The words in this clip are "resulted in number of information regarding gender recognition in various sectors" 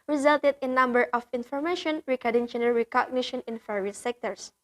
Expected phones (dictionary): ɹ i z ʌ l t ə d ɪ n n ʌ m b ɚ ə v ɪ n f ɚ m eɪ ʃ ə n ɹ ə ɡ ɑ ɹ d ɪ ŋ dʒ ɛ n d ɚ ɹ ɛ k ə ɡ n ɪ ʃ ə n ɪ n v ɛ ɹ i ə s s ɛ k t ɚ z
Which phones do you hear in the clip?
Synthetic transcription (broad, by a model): ɹ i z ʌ l t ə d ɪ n n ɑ m b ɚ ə f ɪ n f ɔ m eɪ ʃ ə n ɹ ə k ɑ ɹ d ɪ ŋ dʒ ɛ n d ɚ ɹ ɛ k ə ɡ n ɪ ʃ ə n ɪ n f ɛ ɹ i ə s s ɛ k t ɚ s